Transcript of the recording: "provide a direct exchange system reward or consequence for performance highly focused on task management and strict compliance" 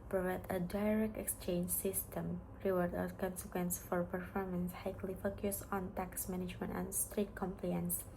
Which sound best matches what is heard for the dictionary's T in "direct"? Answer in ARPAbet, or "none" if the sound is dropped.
T